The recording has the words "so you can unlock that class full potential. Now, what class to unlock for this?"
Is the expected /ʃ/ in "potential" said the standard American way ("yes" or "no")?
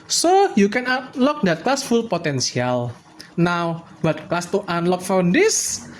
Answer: no